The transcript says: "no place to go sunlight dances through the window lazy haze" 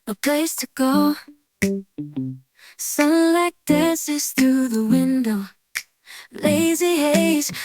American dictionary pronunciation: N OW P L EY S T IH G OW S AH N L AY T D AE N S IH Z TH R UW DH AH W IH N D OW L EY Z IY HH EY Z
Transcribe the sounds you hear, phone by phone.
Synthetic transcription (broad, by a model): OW P L EY S T IH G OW S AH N L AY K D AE S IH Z TH R UW DH AH W IH N D OW L EY Z IY HH EY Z